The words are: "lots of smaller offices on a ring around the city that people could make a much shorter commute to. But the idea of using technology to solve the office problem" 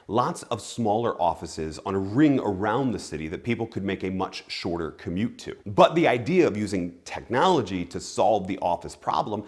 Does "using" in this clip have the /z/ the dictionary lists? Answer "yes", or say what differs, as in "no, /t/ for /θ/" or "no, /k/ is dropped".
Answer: yes